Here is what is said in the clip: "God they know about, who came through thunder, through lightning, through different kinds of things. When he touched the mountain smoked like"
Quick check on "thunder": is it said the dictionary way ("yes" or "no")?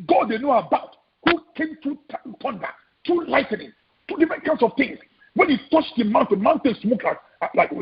no